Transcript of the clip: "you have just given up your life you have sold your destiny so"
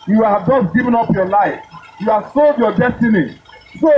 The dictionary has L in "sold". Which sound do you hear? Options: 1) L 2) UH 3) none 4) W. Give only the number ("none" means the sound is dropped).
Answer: 1